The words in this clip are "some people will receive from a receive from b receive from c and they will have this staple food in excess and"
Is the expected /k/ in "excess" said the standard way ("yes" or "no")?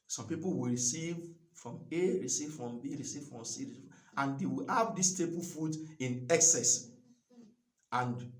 yes